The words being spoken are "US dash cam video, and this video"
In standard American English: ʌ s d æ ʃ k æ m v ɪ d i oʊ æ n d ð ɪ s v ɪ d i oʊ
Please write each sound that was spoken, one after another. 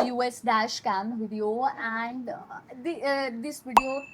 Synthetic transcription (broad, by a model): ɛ s d æ ʃ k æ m v ɪ d i oʊ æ n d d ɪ s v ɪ d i oʊ